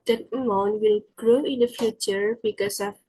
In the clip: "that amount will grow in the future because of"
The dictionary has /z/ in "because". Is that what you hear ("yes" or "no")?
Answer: no